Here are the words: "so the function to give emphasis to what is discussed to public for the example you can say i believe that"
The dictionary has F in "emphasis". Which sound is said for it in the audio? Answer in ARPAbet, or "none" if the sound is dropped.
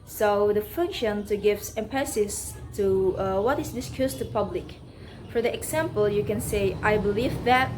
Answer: P